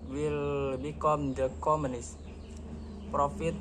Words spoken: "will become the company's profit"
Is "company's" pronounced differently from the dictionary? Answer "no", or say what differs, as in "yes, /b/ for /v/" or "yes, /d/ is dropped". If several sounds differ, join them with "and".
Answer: yes, /p/ is dropped and /s/ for /z/